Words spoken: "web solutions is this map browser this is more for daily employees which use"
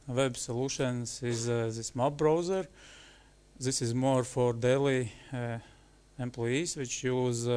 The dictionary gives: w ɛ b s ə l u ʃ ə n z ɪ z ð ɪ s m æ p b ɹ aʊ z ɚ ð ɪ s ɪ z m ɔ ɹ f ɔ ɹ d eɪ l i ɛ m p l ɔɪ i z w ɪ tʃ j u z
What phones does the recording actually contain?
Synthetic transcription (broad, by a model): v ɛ b s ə l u ʃ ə n s ɪ z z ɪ s m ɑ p b ɹ aʊ z ɚ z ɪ s ɪ z m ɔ ɹ f ɔ ɹ d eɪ l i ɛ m p l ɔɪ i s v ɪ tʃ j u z